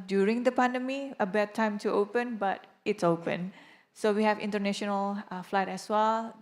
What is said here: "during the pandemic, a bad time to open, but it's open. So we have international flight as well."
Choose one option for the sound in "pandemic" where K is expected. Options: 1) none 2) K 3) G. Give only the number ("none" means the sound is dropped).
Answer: 1